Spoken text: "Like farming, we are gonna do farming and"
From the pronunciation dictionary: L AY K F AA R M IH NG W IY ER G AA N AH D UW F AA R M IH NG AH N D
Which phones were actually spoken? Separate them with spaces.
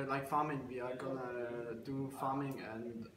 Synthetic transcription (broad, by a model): L AY K F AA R M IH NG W IY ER G AA N AH D UW F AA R M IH NG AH N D